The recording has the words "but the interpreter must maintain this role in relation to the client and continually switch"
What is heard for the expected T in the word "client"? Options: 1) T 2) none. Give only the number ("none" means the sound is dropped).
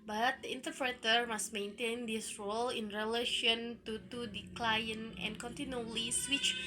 2